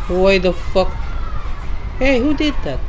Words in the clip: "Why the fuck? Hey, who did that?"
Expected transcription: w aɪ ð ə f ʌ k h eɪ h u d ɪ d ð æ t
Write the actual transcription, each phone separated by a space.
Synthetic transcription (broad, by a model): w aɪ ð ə f ʌ k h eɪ h u d ɪ d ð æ t